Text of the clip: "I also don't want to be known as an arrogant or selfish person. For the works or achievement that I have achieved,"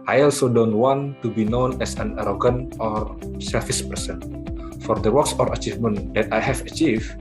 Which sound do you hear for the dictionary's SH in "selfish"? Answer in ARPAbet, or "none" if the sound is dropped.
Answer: S